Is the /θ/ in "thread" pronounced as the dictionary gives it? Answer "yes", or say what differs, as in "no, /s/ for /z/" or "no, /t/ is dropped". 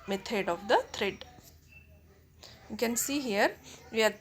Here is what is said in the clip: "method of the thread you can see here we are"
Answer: no, /t/ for /θ/